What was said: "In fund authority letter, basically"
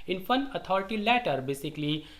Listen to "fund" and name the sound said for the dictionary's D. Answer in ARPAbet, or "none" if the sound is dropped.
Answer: none